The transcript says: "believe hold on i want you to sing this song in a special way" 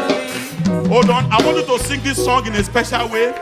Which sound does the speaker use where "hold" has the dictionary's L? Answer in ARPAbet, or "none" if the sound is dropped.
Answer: none